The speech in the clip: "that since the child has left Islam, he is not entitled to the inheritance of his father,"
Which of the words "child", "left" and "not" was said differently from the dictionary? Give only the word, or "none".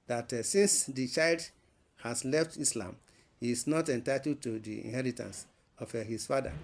none